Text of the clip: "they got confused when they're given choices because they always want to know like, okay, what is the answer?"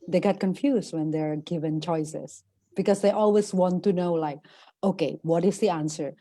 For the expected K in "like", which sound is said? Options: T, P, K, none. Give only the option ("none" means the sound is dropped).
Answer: K